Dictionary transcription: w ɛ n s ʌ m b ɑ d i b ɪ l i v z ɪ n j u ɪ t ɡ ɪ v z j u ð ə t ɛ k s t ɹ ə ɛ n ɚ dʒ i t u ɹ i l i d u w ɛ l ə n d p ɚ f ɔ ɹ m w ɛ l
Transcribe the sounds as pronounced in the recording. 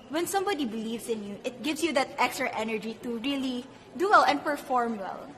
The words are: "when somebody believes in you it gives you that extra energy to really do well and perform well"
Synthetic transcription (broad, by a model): w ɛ n s ʌ m b ɑ d i b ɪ l i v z ɪ n j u ɪ t ɡ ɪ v s j u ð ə t ɛ k s t ɹ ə ɛ n ɚ dʒ i t u ɹ i l i d u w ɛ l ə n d p ɚ f ɔ ɹ m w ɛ l